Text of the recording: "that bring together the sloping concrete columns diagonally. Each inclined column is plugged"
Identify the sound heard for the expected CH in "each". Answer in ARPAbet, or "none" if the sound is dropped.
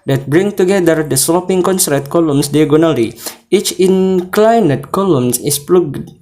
CH